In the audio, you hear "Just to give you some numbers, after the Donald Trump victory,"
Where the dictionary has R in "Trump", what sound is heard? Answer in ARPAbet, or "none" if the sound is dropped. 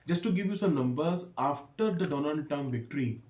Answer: none